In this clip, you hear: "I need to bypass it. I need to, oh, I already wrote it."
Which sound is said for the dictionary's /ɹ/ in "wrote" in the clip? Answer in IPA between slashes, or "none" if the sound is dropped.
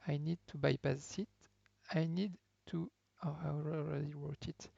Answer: /w/